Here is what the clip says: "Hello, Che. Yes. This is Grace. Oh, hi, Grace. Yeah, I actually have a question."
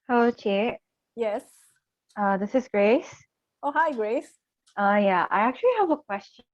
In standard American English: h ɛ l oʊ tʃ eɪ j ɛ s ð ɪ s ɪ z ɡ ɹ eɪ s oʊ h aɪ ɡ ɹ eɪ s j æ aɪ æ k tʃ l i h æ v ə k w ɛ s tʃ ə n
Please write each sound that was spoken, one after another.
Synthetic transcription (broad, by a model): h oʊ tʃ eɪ j ɛ s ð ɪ s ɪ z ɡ ɹ eɪ s oʊ h aɪ ɡ ɹ eɪ s j æ aɪ æ k tʃ l i h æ v ə k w ɛ s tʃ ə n